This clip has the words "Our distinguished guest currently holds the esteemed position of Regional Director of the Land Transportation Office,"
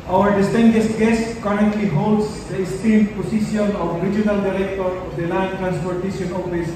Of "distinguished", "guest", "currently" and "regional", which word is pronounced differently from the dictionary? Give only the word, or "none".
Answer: distinguished